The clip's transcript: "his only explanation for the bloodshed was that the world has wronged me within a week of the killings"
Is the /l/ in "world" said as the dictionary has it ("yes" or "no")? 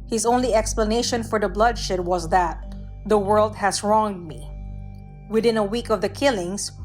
yes